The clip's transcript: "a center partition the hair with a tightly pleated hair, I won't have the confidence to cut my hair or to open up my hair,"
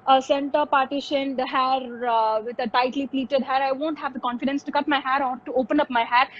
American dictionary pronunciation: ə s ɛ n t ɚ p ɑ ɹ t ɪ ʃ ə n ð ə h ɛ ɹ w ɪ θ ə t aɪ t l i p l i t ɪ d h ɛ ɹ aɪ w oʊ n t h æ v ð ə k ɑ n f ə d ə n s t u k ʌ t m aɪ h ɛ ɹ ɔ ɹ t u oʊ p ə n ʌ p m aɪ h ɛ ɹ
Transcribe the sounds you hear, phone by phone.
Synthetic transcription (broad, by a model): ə s ɛ n t ɚ p ɑ ɹ t ɪ ʃ ə n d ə h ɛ ɹ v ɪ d ə t aɪ t l i p l i t ɪ d h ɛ ɹ aɪ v oʊ n t h æ v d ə k ɑ n f ə d ə n s t u k ʌ t m aɪ h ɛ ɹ ɔ ɹ t u oʊ p ə n ʌ p m aɪ h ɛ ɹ